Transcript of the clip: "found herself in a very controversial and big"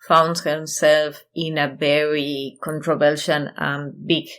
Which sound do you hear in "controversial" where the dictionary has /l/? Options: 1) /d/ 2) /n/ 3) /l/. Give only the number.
2